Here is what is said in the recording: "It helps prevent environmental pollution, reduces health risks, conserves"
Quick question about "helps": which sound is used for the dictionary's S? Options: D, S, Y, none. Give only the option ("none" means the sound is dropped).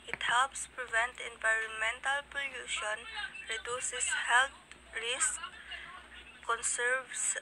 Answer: S